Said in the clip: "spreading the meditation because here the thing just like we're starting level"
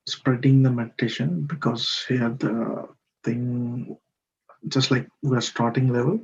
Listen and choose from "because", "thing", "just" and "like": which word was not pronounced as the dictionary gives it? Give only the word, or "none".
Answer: thing